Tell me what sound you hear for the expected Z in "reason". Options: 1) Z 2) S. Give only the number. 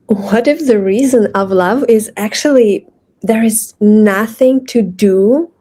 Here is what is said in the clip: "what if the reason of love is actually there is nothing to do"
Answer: 1